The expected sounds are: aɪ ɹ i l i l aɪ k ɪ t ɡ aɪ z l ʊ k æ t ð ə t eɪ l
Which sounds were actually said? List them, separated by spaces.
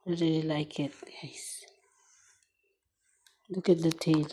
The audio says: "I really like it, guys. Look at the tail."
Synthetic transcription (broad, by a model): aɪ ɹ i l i l aɪ k ɪ t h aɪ s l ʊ k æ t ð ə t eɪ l